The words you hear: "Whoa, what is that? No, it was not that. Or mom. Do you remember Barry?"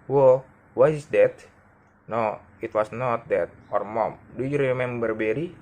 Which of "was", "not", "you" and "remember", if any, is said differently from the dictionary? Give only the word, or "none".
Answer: was